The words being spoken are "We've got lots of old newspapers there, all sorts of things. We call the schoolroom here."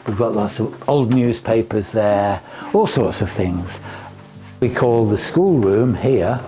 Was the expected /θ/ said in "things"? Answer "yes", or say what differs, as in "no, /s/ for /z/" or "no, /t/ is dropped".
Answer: yes